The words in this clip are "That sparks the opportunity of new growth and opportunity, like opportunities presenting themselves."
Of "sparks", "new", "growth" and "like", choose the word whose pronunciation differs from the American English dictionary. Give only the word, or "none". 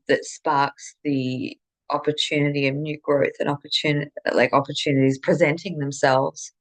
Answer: none